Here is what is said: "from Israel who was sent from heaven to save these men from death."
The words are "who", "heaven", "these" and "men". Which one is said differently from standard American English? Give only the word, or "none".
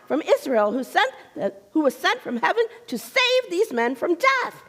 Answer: none